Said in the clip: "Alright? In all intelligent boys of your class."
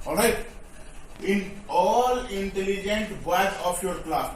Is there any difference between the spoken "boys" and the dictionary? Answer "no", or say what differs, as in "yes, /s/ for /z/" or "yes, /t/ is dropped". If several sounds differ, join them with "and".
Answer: yes, /s/ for /z/